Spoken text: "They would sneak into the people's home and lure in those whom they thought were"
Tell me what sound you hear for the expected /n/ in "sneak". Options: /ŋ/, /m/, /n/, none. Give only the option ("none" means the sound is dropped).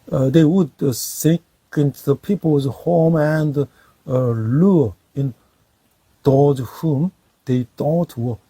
none